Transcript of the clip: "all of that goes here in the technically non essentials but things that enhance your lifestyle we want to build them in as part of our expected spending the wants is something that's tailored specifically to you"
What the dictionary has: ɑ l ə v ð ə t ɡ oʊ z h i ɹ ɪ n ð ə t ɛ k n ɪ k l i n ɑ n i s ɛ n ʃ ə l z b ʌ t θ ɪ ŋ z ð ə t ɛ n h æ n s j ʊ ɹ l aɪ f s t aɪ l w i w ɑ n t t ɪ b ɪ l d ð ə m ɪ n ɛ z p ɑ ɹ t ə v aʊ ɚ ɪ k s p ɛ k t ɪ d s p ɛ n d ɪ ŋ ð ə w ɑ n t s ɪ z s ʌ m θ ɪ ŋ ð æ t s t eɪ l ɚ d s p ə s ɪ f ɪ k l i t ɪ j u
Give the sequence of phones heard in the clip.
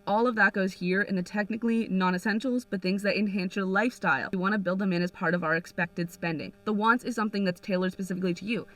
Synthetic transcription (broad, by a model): ɑ l ə v ð ə t ɡ oʊ z h i ɹ ɪ n ð ə t ɛ k n ɪ k l i n ɑ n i s ɛ n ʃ l z b ʌ t θ ɪ ŋ z ð ə t ɛ n h æ n s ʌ ɹ l aɪ f s t aɪ l w i w ɑ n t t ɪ b ɪ l d ð ə m ɪ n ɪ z p ɑ ɹ t ə v aʊ ɚ ɪ k s p ɛ k t ɪ d s p ɛ n d ɪ ŋ ð ə w ɑ n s ɪ z s ʌ m θ ɪ ŋ ð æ t s t eɪ l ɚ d s p ə s ɪ f ɪ k l i t ɪ j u